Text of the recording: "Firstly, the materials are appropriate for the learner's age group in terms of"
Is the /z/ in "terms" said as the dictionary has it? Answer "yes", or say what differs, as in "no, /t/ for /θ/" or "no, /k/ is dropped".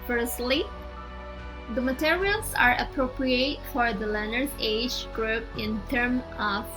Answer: no, /z/ is dropped